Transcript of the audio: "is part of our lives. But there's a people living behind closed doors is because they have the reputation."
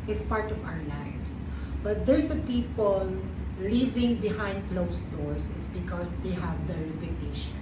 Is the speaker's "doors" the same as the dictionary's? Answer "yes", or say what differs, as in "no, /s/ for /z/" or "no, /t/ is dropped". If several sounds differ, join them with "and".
no, /s/ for /z/